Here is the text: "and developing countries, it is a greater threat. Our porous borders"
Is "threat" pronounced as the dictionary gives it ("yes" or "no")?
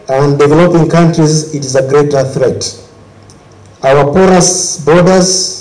yes